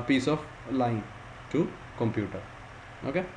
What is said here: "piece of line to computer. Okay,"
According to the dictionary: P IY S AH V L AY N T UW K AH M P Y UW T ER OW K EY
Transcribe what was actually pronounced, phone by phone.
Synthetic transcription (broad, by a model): P IY S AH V L AY N T UW K AH M P Y UW T ER OW K EY